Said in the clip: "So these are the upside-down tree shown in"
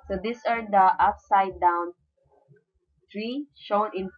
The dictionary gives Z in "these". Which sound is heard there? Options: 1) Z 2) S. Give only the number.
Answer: 2